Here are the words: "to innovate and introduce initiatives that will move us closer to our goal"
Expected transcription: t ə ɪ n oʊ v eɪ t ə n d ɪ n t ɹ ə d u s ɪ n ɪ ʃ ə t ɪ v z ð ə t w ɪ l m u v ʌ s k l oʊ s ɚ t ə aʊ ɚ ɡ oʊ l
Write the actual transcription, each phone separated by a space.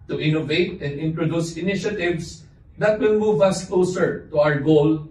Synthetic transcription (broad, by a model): t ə ɪ n oʊ v eɪ t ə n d ɪ n t ɹ ə d u s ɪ n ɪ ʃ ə t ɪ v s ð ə t w ɪ l m u v ʌ s k l oʊ s ɚ t ə aʊ ɚ ɡ oʊ l